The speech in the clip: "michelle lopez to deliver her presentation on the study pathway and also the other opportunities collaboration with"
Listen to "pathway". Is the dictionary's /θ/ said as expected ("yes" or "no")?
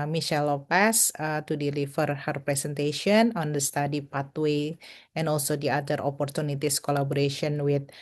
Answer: no